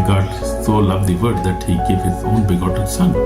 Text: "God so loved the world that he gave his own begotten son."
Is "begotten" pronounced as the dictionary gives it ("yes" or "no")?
no